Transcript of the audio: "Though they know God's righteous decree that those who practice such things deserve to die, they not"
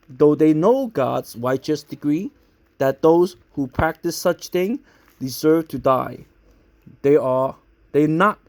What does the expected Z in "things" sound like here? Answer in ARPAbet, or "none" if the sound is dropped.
none